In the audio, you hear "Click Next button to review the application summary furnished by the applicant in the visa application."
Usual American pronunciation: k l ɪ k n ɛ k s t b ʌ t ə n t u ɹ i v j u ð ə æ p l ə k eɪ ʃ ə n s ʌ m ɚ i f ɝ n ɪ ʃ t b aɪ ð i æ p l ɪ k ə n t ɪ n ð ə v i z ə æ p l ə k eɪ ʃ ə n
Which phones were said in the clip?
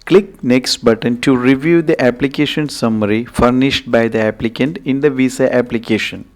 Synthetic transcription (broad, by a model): k l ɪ k n ɛ k s t b ʌ t ə n t u ɹ i v j u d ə æ p l ə k eɪ ʃ ə n s ʌ m ɚ i f ɝ n ɪ ʃ t b aɪ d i æ p l ɪ k ə n t ɪ n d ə v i s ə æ p l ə k eɪ ʃ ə n